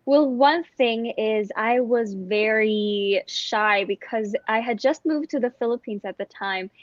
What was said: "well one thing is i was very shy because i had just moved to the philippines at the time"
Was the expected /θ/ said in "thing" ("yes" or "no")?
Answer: yes